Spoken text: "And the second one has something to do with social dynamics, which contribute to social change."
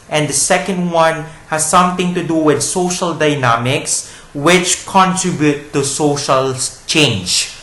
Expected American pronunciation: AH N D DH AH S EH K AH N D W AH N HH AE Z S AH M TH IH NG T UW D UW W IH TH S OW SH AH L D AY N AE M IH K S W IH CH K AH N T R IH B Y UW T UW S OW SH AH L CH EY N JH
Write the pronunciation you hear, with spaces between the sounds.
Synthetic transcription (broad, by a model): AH N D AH S EH K AH N D W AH N HH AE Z S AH M T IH NG T UW D UW W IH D S OW SH AH L D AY N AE M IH K S W IH CH K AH N T R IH B Y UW T UW S OW SH AH L CH EY N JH